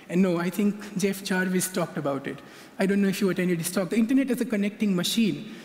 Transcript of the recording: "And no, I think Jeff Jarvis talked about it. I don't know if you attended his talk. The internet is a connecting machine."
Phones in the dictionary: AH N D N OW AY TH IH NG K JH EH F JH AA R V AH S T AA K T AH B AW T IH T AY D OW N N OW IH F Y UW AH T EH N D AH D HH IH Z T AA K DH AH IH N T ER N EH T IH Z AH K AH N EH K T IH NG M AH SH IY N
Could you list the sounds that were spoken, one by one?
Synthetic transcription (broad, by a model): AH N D N OW AY T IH NG K JH EH F CH AA R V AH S T AA K T AH B AW T IH T AY D OW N N OW IH F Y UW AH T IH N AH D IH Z T AA K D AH IH N T ER N EH T IH Z AH K AH N EH K T IH NG M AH SH IY N